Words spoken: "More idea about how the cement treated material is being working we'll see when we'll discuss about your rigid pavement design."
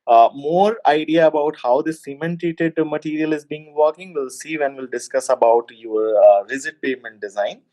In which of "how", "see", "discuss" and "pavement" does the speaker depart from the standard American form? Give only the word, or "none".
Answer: pavement